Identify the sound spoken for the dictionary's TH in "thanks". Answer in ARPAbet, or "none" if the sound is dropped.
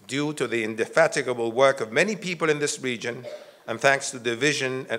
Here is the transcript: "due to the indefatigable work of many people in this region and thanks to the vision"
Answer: TH